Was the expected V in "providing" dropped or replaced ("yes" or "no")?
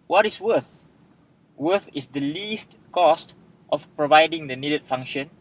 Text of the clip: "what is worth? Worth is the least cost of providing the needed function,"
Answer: no